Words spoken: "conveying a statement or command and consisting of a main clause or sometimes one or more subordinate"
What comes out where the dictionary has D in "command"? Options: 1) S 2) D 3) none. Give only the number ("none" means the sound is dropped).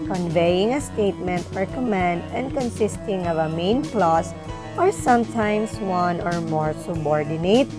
2